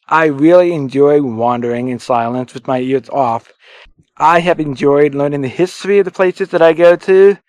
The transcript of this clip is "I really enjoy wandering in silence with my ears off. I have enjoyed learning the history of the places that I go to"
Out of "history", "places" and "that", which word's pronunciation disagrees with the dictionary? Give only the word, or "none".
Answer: none